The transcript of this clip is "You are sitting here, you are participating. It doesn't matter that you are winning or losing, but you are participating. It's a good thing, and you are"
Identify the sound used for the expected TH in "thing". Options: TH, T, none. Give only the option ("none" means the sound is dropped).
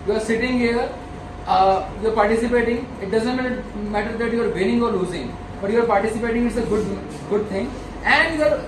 T